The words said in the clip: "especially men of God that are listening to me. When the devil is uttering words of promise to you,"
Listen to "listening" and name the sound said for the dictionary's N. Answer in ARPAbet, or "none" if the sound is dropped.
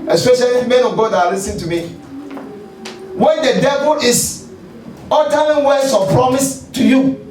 none